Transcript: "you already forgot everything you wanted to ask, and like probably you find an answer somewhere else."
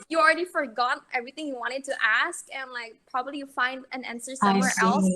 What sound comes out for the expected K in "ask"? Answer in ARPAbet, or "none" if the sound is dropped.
K